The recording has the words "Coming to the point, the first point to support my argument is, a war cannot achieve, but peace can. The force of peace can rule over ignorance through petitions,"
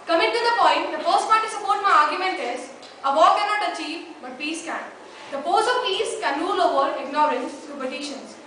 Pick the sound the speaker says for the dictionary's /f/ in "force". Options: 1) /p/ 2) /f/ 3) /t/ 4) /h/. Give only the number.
1